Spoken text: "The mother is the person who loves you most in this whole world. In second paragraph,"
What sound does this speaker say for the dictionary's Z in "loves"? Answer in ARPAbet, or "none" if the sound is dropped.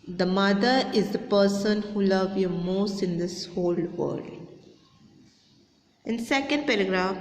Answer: none